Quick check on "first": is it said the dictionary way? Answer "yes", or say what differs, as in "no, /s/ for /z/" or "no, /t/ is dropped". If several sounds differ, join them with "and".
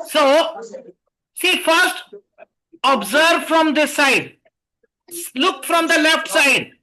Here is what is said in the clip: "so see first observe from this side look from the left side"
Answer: yes